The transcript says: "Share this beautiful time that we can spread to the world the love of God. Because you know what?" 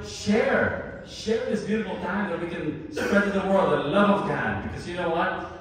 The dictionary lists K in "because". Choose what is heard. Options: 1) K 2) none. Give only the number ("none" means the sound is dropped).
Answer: 1